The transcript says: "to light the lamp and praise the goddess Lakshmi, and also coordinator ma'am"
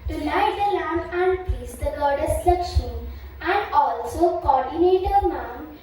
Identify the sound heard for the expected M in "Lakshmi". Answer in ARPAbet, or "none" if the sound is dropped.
none